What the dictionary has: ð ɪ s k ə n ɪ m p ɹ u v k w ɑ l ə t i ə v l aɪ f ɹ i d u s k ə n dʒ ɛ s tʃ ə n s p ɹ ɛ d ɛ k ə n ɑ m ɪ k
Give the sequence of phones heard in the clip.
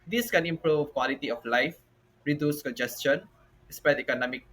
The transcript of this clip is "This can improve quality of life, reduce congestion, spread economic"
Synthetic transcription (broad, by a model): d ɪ s k ə n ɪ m p ɹ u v k w ɑ l ə t i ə f l aɪ f ɹ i d u s k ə n dʒ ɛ s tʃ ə n s p ɛ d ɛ k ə n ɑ m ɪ k